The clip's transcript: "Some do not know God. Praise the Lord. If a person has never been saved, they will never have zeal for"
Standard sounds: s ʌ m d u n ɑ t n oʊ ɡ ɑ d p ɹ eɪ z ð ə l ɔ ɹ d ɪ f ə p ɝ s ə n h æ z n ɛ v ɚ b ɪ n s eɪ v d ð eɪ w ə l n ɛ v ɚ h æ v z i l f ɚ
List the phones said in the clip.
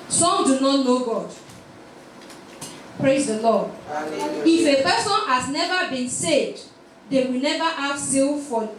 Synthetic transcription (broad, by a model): s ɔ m d u n ɑ t n oʊ ɡ ɑ d p ɹ eɪ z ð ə l ɔ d ɪ f ə p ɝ s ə n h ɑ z n ɛ v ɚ b ɪ n s eɪ v d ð eɪ w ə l n ɛ v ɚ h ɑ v s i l f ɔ